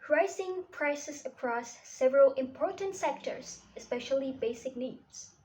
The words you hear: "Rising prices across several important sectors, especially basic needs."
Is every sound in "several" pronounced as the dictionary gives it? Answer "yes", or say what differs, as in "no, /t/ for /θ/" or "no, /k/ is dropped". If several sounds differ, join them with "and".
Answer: yes